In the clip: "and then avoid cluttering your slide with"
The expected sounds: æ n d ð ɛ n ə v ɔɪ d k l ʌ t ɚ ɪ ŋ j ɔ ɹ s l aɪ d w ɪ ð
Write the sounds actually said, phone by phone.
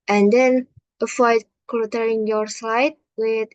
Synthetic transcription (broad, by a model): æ n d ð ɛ n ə f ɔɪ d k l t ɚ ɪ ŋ j ɔ ɹ s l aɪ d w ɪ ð